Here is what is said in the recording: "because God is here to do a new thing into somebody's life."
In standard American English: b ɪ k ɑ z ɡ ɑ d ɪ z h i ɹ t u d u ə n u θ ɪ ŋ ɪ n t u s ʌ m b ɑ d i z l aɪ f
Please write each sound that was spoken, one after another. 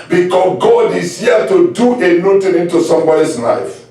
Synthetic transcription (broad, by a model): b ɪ k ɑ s ɡ ɑ d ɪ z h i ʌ t u d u ə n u t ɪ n ɪ n t u s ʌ m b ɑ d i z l aɪ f